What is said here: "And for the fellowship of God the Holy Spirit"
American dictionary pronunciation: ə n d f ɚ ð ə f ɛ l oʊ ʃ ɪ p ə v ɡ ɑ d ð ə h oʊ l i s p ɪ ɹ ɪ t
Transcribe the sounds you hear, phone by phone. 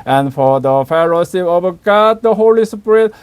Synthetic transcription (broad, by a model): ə n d f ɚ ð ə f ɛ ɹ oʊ s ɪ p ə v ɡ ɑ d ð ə h oʊ l i s p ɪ ɹ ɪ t